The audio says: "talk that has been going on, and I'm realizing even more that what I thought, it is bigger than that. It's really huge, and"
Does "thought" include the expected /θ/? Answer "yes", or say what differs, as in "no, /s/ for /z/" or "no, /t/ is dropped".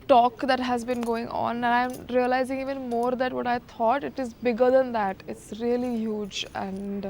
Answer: no, /t/ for /θ/